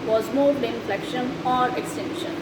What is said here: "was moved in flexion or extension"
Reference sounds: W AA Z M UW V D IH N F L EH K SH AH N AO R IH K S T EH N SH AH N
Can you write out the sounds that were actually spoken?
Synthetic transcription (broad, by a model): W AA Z M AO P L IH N F L EH K SH AH N AO R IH K S T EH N SH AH N